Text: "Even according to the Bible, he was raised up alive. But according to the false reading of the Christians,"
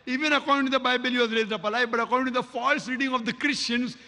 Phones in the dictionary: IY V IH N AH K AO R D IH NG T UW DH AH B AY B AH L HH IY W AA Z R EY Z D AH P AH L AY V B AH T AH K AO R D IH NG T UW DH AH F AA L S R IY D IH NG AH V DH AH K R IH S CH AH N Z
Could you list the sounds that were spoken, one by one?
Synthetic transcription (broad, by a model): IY V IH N AH K AO R D IH NG T UW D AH B AY B AH L HH IY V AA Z R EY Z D AH P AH L AY B AH T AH K AO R D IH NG T UW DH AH F AA L S R IY D IH NG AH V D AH K R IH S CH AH N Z